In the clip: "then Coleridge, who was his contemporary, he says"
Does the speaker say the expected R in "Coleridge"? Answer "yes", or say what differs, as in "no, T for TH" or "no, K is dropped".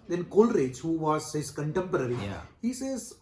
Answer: yes